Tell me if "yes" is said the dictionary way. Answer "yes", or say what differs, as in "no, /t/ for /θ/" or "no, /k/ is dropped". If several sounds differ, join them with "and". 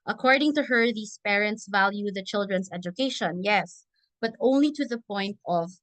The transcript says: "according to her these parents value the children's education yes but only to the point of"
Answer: yes